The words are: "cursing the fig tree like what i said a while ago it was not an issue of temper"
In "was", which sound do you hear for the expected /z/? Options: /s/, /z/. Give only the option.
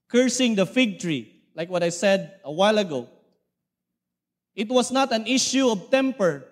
/s/